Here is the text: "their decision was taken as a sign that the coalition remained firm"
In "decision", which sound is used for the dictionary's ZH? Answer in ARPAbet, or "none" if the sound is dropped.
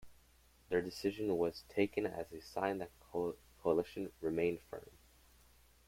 ZH